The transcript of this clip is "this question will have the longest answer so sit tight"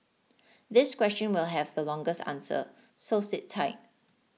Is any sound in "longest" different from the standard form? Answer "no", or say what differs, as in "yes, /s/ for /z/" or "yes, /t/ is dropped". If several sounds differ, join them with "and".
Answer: no